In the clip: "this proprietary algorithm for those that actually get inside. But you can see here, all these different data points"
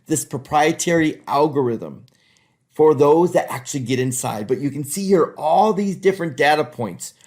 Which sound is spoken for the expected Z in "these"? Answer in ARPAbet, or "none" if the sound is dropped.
Z